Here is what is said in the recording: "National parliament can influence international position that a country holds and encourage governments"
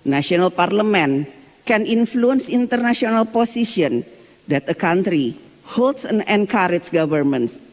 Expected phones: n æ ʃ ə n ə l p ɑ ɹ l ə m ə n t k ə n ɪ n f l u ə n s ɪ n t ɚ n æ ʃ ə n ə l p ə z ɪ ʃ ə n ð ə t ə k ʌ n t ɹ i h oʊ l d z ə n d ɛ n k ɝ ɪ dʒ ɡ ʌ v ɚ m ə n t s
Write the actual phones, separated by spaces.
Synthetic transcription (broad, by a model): n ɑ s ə n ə l p ɑ ɹ l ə m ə n k ə n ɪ n f l u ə n s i n t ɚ n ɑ s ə n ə l p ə s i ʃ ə n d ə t ə k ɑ n t ɹ i h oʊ l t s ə n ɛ n k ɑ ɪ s ɡ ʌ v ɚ m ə n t s